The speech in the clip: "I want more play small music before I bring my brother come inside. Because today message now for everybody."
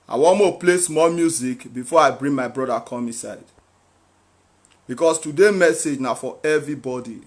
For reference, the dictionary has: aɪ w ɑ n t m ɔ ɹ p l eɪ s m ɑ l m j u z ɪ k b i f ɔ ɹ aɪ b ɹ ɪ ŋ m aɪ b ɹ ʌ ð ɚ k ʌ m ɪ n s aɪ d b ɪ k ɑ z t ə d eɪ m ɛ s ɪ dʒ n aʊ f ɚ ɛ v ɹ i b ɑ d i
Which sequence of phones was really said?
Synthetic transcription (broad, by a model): aɪ w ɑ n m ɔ p l eɪ s m ɑ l m j u z ɪ k b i f ɔ aɪ b ɹ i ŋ m aɪ b ɹ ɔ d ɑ k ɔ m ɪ s aɪ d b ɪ k ɑ s t ə d eɪ m ɛ s ɪ dʒ n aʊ f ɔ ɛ v ɹ i b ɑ d i